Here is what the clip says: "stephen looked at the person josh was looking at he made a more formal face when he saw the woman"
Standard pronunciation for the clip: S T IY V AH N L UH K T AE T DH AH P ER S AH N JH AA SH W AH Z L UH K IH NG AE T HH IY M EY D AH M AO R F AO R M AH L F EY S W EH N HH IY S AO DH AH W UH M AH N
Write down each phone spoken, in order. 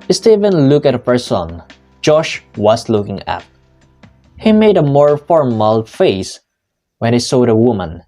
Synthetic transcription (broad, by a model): S T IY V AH N L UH K AE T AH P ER S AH N JH AA SH W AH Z L UH K IH NG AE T HH IY M EY D AH M AO R F AO R M AH L F EY S W EH N HH IY S AO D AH W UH M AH N